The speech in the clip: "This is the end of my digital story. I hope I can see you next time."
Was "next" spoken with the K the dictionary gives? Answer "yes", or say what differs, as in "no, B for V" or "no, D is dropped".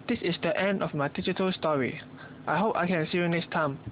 no, K is dropped